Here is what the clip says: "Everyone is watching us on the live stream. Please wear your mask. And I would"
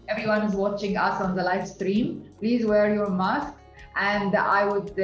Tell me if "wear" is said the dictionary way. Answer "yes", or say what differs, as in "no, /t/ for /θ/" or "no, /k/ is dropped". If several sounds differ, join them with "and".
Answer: yes